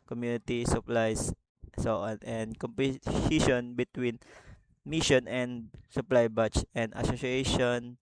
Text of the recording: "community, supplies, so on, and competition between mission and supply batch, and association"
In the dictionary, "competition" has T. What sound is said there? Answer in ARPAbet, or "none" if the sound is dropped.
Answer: S